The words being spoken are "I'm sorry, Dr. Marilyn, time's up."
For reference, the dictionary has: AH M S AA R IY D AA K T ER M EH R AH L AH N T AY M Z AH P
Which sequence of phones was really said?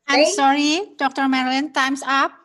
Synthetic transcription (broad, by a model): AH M S AA R IY D AA K T ER M EH R AH L AH N T AY M S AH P